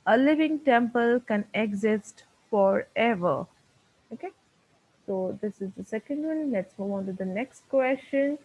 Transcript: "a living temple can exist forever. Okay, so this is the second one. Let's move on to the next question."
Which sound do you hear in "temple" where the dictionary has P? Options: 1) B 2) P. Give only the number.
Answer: 2